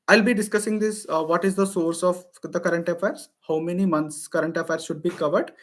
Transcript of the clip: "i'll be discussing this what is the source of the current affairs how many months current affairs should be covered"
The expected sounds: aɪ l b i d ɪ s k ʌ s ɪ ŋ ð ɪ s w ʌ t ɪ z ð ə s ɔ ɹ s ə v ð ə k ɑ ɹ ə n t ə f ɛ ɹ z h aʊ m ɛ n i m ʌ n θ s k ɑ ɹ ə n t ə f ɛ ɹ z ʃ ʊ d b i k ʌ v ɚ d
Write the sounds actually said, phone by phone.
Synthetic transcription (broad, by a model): aɪ l b i d ɪ s k ʌ s ɪ ŋ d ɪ s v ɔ t ɪ z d ə s ɔ ɹ s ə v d ə k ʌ ɹ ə n t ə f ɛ ɹ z h aʊ m ɛ n i m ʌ n t s k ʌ ɹ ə n t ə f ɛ ɹ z ʃ ʊ d b i k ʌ v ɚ d